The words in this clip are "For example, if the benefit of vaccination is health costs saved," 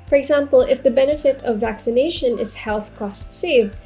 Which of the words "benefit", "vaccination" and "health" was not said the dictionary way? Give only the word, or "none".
none